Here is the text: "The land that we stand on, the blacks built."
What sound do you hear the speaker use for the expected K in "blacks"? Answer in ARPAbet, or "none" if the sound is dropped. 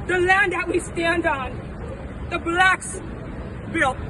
K